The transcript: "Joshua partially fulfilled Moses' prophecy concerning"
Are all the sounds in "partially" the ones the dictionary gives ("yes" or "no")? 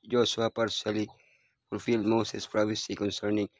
no